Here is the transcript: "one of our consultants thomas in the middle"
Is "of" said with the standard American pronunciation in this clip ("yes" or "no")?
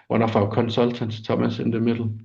no